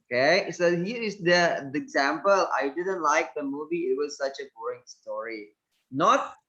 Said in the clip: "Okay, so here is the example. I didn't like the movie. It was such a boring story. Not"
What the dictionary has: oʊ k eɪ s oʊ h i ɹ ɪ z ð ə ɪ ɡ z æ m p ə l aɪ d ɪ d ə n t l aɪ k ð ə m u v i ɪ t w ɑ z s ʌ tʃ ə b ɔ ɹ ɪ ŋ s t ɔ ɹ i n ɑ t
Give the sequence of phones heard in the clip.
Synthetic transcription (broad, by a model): k eɪ s oʊ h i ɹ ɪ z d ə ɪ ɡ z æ m p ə l aɪ d ɪ d ə n t l aɪ k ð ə m u v i ɪ t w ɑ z s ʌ tʃ ə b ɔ ɪ ŋ s t ɔ ɹ i n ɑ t